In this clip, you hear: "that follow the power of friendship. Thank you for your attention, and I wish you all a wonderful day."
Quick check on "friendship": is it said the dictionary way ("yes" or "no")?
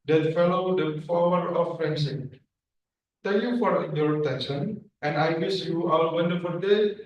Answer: no